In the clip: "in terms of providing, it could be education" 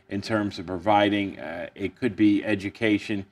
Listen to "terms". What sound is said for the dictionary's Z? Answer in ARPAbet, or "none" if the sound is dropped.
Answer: Z